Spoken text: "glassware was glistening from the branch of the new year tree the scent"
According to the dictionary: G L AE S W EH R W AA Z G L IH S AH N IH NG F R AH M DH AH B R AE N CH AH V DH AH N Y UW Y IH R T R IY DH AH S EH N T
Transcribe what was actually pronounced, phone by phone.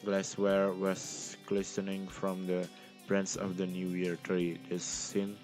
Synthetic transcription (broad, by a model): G L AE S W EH R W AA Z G L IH S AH N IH NG F R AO M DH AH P R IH N S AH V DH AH N Y UW Y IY R T R IY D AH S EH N